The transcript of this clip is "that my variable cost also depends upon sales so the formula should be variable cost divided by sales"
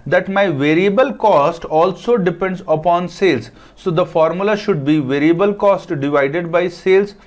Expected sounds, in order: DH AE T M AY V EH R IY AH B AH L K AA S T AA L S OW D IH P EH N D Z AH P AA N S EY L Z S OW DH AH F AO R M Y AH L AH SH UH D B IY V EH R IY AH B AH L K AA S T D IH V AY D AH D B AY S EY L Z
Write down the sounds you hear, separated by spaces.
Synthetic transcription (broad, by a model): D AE T M AY V EH R IY AH B AH L K AA S T AA L S OW D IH P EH N D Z AH P AA N S EY L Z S OW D AH F AO R M Y AH L AH SH UH D B IY V EH R IY AH B AH L K AA S T D IH V AY D AH D B AY S EY L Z